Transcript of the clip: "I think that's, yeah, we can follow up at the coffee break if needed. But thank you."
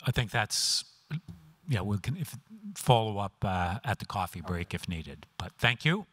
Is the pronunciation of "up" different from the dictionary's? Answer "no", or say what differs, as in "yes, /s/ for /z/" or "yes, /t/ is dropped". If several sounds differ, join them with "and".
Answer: no